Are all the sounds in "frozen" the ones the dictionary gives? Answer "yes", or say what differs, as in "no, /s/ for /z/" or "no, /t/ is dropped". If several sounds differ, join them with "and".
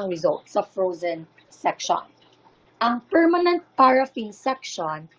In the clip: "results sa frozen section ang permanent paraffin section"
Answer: yes